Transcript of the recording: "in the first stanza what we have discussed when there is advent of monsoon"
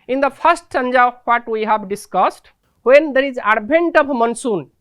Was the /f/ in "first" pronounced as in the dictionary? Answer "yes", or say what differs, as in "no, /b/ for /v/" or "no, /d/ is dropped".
no, /p/ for /f/